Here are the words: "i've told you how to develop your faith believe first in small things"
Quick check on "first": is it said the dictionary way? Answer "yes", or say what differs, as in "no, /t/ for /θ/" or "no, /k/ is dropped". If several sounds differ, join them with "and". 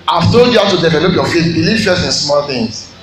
no, /t/ is dropped